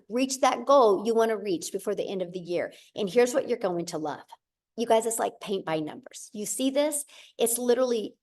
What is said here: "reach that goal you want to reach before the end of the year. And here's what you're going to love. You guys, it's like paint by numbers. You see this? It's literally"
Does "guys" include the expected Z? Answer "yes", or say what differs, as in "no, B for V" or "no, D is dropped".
yes